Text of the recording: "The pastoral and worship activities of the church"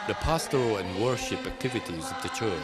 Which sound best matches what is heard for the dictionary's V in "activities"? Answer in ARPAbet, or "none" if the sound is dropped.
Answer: V